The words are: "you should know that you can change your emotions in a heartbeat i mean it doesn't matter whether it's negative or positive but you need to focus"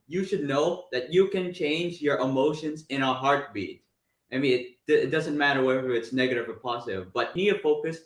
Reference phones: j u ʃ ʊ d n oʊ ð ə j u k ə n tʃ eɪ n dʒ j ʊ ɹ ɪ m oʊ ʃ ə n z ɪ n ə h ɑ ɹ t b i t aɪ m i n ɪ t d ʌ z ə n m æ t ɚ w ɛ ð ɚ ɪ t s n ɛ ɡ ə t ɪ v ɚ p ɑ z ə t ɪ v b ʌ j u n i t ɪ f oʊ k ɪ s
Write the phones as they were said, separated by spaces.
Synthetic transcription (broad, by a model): j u ʃ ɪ d n oʊ ð ə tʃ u k ə n tʃ eɪ n dʒ j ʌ ɹ ɪ m oʊ ʃ ə n z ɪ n ə h ɑ ɹ t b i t aɪ m i n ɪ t d ʌ z ə n m æ t ɚ w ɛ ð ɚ ɪ t s n ɛ ɡ ə t ɪ v ɚ p ɑ z ə t ɪ v b ʌ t n i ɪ f oʊ k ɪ s